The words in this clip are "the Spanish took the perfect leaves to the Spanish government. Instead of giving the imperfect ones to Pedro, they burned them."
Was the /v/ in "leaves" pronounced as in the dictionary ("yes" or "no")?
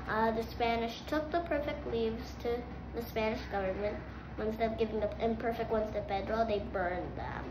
yes